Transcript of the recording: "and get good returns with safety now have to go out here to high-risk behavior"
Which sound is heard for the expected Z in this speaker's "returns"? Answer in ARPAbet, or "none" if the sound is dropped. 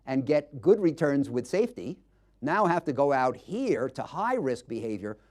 Z